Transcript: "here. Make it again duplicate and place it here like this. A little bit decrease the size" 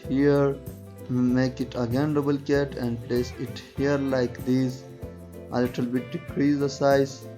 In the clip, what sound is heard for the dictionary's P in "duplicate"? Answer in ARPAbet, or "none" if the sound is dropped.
B